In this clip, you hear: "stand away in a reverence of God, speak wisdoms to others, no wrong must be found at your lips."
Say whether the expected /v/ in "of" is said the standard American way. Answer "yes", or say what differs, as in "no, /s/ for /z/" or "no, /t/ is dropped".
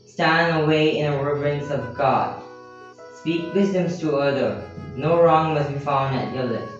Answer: yes